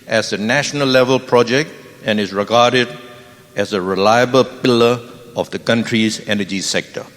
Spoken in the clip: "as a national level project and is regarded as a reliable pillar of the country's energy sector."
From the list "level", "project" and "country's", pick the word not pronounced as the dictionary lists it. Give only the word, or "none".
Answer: none